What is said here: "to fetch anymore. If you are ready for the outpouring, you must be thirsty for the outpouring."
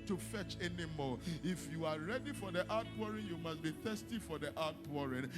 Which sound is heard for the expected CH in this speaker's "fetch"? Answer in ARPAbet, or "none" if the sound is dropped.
CH